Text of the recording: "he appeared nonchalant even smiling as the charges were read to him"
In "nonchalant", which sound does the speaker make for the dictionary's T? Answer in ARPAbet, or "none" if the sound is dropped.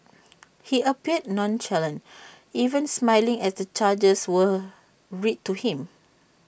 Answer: none